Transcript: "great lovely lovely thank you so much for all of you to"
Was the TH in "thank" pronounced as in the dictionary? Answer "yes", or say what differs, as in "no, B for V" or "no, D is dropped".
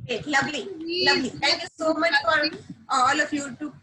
no, T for TH